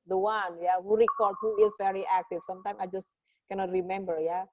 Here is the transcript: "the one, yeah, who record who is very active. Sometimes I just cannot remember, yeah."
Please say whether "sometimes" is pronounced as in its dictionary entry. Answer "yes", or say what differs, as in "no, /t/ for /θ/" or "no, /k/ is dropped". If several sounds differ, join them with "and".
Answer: no, /z/ is dropped